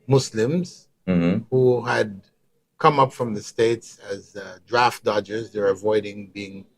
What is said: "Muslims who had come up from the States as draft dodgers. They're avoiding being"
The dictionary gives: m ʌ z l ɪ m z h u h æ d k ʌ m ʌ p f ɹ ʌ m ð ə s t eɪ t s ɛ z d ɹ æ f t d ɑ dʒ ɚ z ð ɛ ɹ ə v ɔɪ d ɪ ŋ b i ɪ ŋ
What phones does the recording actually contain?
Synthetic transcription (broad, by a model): m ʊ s l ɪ m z h u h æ d k ʌ m ʌ p f ɹ ʌ m ð ə s t eɪ t s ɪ z d ɹ æ f t d ɑ dʒ ɚ z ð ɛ ɹ ə v ɔɪ d ɪ ŋ b i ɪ ŋ